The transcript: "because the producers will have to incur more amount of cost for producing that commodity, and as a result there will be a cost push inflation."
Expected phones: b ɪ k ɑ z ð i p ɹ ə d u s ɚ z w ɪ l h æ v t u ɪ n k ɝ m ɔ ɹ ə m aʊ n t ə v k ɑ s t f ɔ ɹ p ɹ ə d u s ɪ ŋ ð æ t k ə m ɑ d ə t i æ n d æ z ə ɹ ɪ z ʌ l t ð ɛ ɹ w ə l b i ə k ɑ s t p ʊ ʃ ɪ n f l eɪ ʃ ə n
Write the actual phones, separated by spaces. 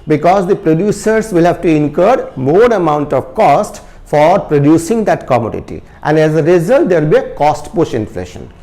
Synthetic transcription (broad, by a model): b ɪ k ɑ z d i p ɹ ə d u s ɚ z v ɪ l h æ v t u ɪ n k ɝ m ɔ ɹ ə m aʊ n t ə v k ɑ s t f ɔ ɹ p ɹ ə d u s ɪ ŋ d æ t k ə m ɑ d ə t i æ n d æ z ə ɹ ɪ z ʌ l t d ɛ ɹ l b i ə k ɑ s t p ʊ ʃ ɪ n f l eɪ ʃ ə n